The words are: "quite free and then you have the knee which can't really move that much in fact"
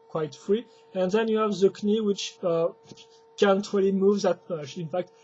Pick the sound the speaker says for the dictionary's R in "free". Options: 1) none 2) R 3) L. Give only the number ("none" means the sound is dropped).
2